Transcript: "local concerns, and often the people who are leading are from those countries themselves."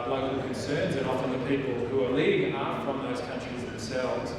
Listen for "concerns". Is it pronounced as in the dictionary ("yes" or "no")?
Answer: yes